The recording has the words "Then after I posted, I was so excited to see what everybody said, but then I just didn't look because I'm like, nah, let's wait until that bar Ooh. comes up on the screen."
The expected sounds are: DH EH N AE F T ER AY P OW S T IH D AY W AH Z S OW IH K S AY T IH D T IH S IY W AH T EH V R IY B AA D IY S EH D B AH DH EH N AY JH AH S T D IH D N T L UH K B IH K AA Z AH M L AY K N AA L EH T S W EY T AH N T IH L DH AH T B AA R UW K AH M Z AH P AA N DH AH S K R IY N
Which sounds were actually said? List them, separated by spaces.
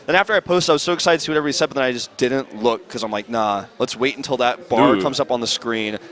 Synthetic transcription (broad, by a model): DH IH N AE F T ER AY P OW S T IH IH W AH Z S OW IH K S AY T IH D T IH W AH T EH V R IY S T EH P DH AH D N AY JH AH S D IH D N T L UH K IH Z AA AH M L AY K N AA L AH T S W EY T N T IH L DH AH T B AA R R K AH M Z AH P N DH AH S K R IY N